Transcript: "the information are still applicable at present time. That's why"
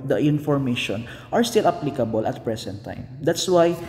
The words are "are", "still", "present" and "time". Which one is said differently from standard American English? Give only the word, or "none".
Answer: present